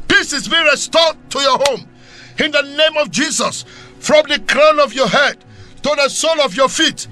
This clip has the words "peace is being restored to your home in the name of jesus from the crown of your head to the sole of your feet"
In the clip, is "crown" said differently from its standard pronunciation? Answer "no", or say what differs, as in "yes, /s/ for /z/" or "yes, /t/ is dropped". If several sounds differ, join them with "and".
no